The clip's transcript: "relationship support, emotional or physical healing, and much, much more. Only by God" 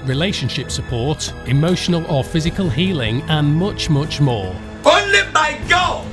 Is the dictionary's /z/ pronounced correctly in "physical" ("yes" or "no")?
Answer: yes